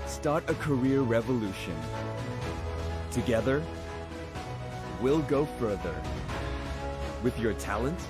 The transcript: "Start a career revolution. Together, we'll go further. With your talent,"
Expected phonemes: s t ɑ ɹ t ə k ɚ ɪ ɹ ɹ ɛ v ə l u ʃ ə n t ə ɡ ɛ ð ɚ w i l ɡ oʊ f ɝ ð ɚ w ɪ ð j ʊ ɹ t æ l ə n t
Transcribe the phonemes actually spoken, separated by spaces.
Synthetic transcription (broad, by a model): s t ɑ ɹ t ə k ɚ ɪ ɹ ɹ ɛ v ə l u ʃ ə n t ə ɡ ɛ ð ɚ w i l ɡ oʊ f ɝ ð ɚ w ɪ ð j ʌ ɹ t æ l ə n t